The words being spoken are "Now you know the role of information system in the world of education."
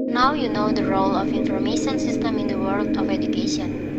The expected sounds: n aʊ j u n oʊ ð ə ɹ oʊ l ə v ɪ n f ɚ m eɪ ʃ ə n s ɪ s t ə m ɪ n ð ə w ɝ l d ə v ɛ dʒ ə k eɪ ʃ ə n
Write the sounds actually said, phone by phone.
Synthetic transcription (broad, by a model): n aʊ j u n oʊ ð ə ɹ oʊ l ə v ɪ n f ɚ m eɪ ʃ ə n s ɪ s t ə m ɪ n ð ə w ɝ l d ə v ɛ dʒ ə k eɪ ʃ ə n